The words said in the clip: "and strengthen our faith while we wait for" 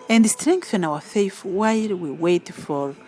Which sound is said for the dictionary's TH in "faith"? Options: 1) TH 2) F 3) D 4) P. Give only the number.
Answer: 2